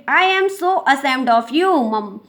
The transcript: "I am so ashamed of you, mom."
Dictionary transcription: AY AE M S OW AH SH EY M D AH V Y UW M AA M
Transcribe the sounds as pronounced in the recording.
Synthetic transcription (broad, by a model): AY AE M S OW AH S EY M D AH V Y UW M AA M